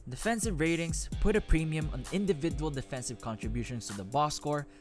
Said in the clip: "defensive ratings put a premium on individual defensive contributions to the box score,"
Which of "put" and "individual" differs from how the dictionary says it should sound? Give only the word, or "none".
none